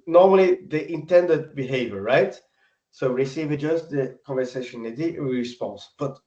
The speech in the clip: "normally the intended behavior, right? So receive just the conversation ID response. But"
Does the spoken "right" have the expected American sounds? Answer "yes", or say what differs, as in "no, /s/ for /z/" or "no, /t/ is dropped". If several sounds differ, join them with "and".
yes